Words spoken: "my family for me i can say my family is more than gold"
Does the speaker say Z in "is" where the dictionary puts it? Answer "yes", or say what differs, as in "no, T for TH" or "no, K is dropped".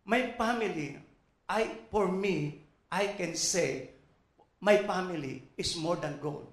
no, S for Z